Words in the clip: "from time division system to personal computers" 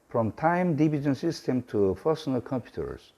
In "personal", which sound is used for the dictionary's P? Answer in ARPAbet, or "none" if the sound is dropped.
F